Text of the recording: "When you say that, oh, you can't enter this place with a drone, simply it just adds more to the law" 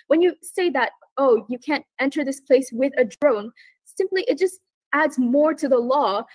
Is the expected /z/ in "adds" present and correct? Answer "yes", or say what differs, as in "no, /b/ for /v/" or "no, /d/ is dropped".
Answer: yes